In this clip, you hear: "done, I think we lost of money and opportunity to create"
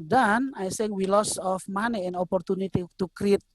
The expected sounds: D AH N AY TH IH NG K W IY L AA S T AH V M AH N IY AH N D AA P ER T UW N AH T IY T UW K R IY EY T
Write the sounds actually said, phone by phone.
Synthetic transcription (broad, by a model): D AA N AY S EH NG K W IY L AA S AH F M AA N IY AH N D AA P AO T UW N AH T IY T UW K R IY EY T